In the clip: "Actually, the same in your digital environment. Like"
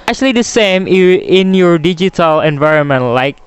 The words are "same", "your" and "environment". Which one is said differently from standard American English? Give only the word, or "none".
none